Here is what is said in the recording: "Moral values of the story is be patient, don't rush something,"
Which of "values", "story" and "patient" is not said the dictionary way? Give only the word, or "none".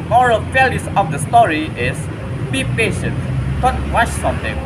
values